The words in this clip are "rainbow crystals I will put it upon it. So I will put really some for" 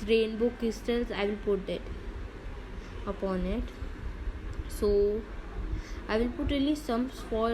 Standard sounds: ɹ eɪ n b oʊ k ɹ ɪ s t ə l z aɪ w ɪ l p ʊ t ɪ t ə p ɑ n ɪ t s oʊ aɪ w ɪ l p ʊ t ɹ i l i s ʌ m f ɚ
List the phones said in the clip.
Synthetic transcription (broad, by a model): ɹ eɪ n b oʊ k ɪ s t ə l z aɪ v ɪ l p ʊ t ɪ t ə p ɑ n ɪ t s oʊ aɪ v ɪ l p ʊ t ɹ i l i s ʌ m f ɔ